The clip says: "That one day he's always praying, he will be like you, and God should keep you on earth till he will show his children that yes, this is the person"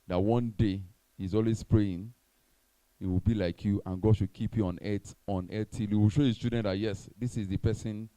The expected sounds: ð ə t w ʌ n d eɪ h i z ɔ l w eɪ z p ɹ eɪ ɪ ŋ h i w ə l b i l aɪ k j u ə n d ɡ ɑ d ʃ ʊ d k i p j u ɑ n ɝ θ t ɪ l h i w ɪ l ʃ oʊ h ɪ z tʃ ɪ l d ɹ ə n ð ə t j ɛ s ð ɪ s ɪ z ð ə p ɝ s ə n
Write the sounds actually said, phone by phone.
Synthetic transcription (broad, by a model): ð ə t w ʌ n d eɪ h i z ɔ l w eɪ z p ɹ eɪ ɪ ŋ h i w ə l b i l aɪ k j u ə n ɡ ɑ d ʃ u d k i p j u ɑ n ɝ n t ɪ l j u w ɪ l ʃ oʊ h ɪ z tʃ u d ə n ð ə t j ɛ s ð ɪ s ɪ z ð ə p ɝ s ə n